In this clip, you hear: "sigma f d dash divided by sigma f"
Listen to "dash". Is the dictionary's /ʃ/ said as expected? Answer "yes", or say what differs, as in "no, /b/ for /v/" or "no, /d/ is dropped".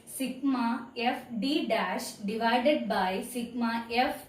yes